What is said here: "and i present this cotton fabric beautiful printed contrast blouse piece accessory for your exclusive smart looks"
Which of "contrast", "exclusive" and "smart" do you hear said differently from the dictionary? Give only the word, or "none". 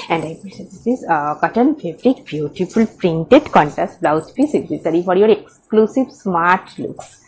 contrast